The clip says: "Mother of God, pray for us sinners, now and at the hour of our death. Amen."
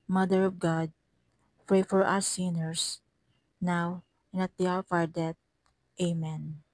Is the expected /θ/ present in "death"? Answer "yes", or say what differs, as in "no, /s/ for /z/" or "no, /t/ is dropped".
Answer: no, /t/ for /θ/